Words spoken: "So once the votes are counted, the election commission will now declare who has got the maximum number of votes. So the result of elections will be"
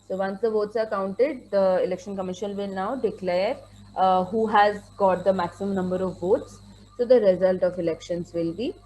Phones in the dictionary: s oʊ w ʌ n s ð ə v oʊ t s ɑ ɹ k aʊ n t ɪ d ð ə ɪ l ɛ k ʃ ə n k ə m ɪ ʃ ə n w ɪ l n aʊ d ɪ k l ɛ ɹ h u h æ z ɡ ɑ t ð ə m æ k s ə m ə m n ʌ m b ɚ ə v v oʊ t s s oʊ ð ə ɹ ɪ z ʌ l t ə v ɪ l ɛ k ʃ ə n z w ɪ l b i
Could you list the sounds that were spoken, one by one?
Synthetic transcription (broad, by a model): s oʊ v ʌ n s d ə v oʊ t s ɑ ɹ k aʊ n t ɪ d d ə ɪ l ɛ k ʃ ə n k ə m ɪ ʃ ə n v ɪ l n aʊ d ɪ k l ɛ ɹ h u h æ z ɡ ɑ t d ə m æ k s ə m ə m n ʌ m b ɚ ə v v oʊ t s s oʊ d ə ɹ ɪ z ʌ l t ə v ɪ l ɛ k ʃ ə n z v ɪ l b i